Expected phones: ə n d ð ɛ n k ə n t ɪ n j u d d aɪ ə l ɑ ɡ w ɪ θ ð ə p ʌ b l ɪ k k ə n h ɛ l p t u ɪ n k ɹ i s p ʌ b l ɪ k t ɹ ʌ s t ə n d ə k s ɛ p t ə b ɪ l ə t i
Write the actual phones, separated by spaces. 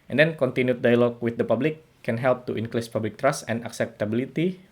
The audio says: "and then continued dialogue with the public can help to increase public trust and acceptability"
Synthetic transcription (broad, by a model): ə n d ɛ n k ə n t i n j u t d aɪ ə l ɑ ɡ w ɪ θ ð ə p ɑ b l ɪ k k ə n h ɛ l p t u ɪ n k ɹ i s p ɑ b l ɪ k t ɹ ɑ s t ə n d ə k s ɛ p t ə b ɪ l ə t i